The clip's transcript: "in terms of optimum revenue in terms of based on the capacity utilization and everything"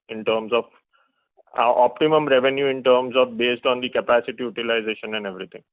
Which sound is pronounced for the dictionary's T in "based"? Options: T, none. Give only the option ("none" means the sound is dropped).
T